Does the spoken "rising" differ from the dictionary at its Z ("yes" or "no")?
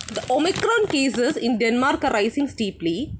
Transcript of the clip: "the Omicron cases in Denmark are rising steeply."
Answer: yes